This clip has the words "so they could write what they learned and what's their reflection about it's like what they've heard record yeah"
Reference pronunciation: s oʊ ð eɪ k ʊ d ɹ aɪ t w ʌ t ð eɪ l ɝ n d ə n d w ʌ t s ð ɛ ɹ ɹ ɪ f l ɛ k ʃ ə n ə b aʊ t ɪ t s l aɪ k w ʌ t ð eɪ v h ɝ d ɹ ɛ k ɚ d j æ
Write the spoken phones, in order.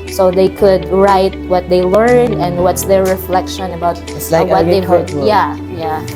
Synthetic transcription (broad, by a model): s oʊ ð eɪ k ʊ d ɹ aɪ t w ʌ t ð eɪ l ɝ n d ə n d w ʌ t s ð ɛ ɹ ɹ ɪ f l ɛ k ʃ ə n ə b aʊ ɪ t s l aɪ w ʌ t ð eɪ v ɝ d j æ j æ